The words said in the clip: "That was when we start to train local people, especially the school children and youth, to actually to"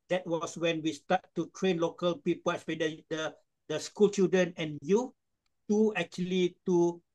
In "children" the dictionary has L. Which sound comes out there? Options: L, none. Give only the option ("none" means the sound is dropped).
none